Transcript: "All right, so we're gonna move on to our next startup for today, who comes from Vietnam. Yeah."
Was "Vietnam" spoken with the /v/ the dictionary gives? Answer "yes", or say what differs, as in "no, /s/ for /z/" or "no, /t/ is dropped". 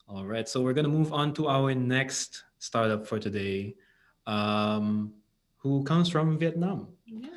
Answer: yes